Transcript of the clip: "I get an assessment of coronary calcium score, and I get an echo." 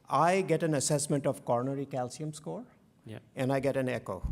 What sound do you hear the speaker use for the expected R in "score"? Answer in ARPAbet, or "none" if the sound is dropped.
R